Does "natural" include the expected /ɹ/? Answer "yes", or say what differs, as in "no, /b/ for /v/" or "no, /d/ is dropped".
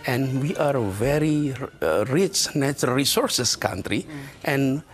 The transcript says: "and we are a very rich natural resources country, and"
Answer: no, /ɹ/ is dropped